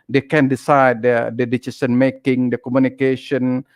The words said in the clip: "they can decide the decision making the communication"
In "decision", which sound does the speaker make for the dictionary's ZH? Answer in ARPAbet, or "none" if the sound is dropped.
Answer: S